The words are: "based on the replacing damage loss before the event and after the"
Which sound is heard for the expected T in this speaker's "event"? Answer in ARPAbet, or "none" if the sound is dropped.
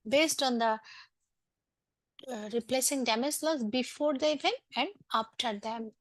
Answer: none